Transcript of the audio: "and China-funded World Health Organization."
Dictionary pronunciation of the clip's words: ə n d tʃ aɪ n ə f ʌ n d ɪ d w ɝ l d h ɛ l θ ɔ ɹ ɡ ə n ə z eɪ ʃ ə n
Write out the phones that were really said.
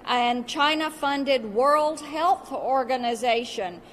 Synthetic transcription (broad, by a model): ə n tʃ aɪ n ə f ʌ n d ɪ d w ɝ l d h ɛ l θ ɔ ɹ ɡ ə n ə z eɪ ʃ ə n